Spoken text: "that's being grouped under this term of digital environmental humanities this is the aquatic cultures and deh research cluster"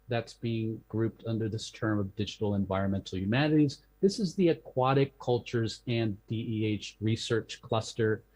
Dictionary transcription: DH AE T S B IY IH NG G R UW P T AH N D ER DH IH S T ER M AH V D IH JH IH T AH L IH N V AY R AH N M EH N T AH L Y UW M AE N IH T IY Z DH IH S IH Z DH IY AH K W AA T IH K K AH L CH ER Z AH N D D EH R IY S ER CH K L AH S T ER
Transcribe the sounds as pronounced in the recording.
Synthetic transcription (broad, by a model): DH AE T S B IY IH NG G R UW P T AH N D ER DH IH S T ER M AH V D IH JH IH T L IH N V AY R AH N M EH N T L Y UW M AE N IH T IY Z DH IH S IH Z DH IY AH K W AA T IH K K AH L CH ER Z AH N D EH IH R IY S ER CH K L AH S T ER